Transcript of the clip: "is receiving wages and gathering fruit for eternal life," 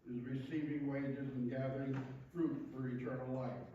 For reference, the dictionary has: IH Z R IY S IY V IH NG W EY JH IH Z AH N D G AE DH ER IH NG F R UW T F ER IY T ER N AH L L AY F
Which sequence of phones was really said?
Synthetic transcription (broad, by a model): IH Z R IY S IY V IH NG W EY JH IH Z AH N G AE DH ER IH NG F R UW T F ER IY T ER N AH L L AY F